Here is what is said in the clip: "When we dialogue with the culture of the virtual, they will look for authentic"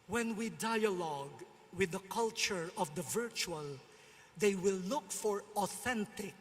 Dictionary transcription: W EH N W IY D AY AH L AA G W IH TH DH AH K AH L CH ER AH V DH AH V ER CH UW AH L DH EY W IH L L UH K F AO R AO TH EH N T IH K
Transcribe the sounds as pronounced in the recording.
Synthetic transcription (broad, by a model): W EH N W IY D AY AH L AA G W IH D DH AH K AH L CH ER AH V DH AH V ER CH UW AH L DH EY W IH L L UH K F AO R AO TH EH N T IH K